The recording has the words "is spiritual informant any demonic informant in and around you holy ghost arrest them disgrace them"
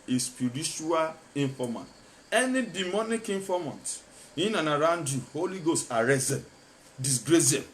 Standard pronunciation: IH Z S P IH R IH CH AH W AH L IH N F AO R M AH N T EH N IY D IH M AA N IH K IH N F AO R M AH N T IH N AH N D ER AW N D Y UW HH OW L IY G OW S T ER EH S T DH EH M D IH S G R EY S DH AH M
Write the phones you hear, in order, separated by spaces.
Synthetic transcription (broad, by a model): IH S P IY R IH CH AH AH L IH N F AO M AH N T EH N IY D IH M AA N IH K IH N F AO M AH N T IH N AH N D AW N D Y UW HH OW L IY G OW S T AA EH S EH D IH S G R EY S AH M